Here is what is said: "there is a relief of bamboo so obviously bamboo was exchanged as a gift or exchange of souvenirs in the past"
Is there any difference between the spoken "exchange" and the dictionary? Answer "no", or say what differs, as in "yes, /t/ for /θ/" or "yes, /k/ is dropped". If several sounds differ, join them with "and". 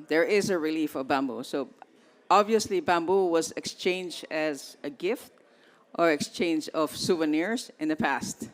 no